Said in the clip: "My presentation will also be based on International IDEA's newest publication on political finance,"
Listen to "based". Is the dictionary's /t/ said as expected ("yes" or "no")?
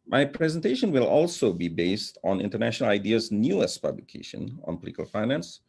yes